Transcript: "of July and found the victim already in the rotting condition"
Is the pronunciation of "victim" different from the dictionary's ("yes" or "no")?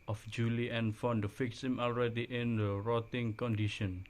yes